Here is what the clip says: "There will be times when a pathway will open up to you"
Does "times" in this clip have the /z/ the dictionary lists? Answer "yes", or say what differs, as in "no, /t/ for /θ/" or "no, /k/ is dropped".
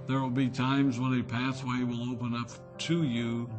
yes